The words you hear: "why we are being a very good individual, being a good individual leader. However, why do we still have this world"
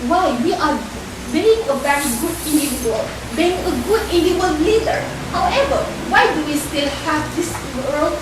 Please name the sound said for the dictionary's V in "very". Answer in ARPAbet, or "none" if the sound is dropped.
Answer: B